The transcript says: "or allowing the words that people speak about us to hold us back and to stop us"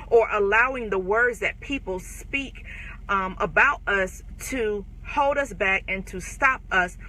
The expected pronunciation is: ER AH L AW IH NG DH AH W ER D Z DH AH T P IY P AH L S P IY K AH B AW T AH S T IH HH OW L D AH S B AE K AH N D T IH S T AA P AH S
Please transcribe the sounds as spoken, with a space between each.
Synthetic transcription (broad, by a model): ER AH L AW IH NG DH AH W ER D Z DH AH T P IY P L S P IY K AH B AW T AH S T IH HH OW L D AH S B AE K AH N T IH S T AA P AH S